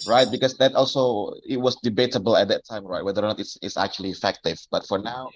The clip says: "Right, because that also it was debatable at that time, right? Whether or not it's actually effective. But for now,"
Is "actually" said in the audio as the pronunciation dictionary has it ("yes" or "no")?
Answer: yes